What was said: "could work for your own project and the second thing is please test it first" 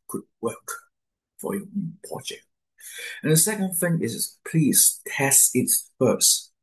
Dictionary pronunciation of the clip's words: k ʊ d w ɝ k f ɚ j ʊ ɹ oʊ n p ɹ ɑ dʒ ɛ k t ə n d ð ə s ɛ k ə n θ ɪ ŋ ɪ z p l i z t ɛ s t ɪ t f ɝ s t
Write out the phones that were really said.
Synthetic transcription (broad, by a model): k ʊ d w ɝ k f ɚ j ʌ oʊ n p ɑ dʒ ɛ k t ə n ð ə s ɛ k ə n θ ɪ ŋ ɪ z p l i z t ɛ s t ɪ t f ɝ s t